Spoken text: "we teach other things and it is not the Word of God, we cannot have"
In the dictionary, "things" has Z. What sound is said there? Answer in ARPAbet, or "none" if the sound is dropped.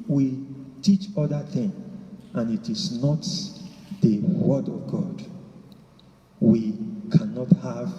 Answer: none